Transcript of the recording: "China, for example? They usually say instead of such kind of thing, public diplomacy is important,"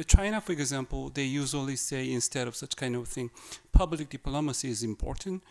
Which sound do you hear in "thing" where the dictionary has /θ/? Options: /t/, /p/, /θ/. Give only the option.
/θ/